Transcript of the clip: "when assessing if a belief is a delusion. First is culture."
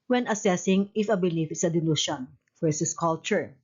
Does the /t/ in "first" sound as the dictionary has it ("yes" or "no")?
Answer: no